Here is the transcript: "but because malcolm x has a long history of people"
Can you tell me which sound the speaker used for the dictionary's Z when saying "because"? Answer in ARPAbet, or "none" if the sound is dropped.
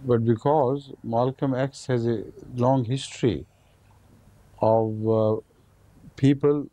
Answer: Z